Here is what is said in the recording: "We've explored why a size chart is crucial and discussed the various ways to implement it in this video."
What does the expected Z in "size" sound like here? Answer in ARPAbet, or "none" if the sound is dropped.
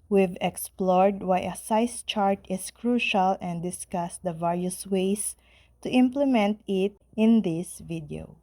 S